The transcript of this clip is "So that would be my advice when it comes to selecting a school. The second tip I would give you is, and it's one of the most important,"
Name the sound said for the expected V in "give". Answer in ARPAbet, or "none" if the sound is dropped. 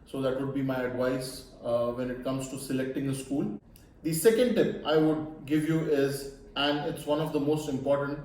V